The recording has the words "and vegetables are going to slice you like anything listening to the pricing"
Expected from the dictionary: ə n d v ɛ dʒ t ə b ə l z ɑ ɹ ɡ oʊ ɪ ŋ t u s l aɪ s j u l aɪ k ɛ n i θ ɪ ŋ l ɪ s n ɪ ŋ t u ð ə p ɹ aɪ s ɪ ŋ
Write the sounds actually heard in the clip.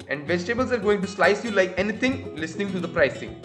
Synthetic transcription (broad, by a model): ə n d v ɛ dʒ t ə b ə l z ɑ ɹ ɡ oʊ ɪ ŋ t u s l aɪ s j u l aɪ k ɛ n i t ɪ ŋ l ɪ s n ɪ ŋ t u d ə p ɹ aɪ s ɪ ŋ